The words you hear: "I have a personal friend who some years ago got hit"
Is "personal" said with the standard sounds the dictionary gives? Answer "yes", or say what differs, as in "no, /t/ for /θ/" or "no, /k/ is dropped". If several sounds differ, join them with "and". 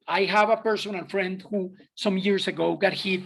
no, /n/ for /l/